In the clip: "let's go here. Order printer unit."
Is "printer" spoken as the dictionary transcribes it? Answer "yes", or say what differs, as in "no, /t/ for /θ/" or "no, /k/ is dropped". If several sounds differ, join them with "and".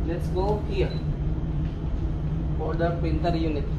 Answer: no, /ɹ/ is dropped